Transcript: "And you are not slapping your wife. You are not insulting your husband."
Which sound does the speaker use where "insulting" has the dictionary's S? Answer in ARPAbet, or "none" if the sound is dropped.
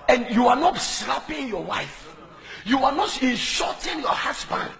SH